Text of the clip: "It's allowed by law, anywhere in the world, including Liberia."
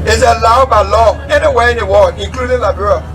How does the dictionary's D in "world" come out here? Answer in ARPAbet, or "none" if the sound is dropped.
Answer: none